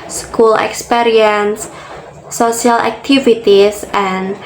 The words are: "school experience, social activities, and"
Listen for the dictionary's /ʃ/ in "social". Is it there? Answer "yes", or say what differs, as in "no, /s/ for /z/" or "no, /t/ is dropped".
no, /ʃ/ is dropped